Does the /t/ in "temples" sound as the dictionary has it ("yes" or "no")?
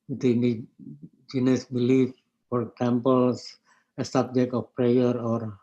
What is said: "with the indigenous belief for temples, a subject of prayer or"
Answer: no